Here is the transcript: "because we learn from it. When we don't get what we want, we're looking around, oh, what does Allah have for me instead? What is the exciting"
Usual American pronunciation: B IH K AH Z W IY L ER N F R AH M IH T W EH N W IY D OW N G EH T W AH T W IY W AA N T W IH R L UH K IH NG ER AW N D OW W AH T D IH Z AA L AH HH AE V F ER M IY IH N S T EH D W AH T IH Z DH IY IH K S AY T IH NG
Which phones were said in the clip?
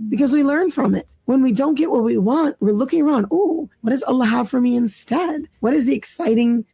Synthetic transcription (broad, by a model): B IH K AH Z W IY L ER N F R AH M IH T W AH N W IY D OW N G EH T W AH T W IY W AA N T W IH R L UH K IH NG ER AW N D OW W AH T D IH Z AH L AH HH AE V F ER M IY IH N S T EH D W AH T IH Z DH IY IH K S AY T IH NG